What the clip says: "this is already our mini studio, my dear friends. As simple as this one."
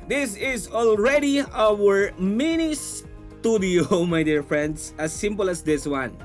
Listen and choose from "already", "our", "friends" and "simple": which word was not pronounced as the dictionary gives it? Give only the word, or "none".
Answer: friends